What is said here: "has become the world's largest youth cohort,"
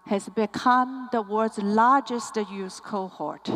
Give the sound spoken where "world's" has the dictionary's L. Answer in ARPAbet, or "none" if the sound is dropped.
none